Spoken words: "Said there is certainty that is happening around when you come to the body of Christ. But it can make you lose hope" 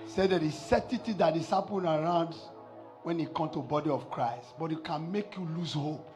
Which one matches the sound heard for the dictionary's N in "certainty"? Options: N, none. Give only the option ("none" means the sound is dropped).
none